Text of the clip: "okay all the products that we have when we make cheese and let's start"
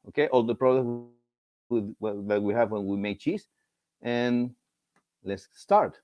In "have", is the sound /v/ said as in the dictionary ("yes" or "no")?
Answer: yes